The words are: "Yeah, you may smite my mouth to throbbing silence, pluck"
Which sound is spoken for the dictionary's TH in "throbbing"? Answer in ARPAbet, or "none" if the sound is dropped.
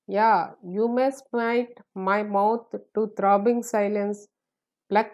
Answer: T